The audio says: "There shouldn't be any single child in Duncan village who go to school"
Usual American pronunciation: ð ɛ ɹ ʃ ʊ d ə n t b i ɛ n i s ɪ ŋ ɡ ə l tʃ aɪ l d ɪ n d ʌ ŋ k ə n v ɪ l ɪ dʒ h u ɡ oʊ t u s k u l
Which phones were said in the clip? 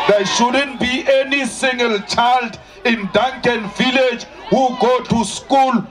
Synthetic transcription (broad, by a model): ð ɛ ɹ ʃ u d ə n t b i ɛ n i s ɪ ŋ ɡ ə l tʃ aɪ l d ɪ n d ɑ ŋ k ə n v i l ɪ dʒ h u ɡ oʊ t u s k u l